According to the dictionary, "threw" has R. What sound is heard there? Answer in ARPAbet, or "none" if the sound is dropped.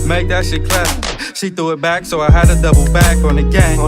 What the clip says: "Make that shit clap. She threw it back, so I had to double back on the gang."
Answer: none